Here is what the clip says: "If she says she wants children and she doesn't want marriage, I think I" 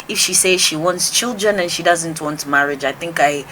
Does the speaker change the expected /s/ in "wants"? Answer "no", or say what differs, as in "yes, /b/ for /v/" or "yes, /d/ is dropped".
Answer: no